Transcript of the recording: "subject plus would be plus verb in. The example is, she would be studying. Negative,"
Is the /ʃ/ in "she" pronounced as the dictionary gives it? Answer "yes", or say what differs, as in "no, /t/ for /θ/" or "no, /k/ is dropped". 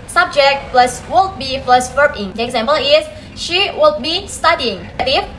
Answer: yes